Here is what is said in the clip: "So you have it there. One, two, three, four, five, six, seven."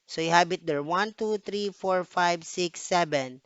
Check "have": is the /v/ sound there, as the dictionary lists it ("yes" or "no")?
no